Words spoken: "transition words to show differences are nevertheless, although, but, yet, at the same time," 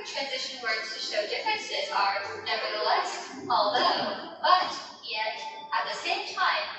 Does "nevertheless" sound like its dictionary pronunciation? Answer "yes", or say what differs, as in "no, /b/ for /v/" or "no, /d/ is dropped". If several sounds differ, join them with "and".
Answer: yes